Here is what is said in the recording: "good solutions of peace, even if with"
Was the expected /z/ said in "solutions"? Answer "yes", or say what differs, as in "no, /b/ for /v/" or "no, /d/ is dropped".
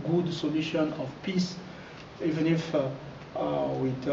no, /z/ is dropped